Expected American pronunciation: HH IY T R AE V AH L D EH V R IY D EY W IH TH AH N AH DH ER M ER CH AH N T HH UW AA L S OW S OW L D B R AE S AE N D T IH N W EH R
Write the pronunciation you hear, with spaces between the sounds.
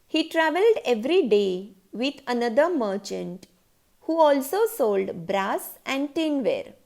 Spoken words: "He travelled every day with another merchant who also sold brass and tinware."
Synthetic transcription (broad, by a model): HH IY T R AE V AH L D EH V R IY D EY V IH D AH N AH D ER M ER CH AH N T HH UW AA L S OW S OW L D B R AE S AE N D T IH N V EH R